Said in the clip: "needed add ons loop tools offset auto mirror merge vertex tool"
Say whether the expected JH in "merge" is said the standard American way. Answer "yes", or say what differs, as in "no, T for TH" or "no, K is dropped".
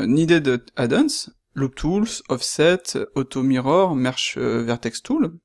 no, SH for JH